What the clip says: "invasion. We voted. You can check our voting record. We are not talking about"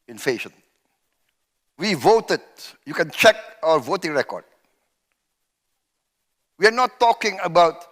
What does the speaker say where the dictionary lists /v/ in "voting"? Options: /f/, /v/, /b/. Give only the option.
/v/